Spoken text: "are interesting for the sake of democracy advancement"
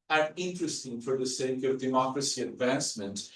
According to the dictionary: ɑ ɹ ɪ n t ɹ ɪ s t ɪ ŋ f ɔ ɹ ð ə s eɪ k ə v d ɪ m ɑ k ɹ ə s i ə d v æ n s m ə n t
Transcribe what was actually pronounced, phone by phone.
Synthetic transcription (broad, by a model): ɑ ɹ ɪ n t ɹ ɪ s t ɪ ŋ f ɔ ɹ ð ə s eɪ k ə v d ɪ m ɑ k ɹ ə s i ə d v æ n s m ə n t